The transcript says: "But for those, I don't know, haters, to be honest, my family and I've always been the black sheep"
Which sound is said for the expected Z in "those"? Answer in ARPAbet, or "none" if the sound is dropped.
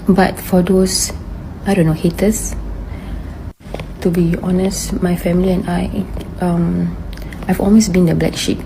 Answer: S